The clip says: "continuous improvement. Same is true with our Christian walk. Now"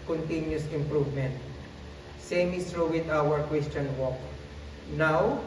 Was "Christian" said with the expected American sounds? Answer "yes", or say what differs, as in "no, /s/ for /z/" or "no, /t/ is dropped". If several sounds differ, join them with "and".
no, /w/ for /ɹ/